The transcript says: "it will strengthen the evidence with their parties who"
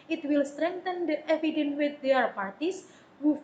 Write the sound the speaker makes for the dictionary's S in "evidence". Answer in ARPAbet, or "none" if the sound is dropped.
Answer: none